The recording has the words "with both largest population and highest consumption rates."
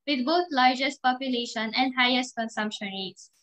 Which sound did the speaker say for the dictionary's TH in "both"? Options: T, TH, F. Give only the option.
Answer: T